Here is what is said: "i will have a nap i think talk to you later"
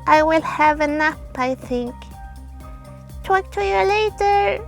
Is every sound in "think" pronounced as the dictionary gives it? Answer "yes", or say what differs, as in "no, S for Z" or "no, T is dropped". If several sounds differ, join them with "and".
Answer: yes